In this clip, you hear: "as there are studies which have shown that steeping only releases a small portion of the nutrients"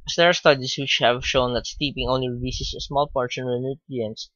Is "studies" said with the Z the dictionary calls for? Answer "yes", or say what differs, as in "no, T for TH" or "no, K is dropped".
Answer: no, S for Z